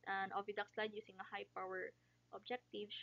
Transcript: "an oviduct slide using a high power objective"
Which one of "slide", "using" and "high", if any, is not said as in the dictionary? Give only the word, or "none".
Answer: using